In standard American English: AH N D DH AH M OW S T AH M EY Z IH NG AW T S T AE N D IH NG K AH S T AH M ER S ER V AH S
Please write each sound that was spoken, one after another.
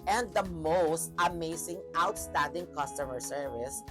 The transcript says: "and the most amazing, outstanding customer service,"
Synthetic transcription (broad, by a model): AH N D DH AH M OW S T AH M EY S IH NG AW T S T AE N D IH NG K AH S T AH M ER S ER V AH S